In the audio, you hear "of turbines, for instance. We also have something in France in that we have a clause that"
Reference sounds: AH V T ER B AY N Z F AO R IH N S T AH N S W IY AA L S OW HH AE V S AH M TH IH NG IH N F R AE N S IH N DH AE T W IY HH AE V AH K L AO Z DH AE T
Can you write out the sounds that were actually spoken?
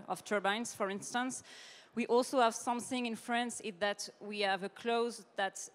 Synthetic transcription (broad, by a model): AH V T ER B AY N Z F AO R IH N S T AH N S W IY AA L S OW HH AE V S AH M TH IH NG IH N F R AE N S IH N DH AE T W IY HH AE V AH K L AO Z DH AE T